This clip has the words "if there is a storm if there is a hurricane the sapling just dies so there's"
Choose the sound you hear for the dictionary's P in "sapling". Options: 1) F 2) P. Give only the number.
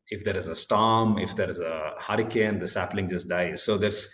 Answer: 2